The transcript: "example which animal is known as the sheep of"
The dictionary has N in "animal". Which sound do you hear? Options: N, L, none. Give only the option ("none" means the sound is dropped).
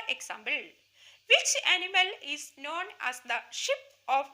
N